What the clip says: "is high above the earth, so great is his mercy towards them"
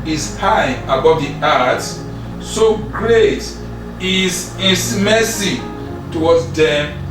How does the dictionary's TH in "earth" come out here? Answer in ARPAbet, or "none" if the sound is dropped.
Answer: S